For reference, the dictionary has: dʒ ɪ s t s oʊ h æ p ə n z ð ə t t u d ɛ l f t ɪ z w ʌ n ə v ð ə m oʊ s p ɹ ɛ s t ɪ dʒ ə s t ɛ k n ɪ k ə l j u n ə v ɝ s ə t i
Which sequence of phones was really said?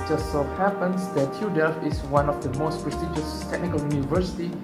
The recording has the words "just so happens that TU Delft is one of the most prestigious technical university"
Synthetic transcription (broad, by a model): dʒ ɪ s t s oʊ h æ p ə n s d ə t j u d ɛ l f ɪ s w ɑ n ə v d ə m oʊ s p ɹ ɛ s t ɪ dʒ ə s t ɛ k n ɪ k ə l j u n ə v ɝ s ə t i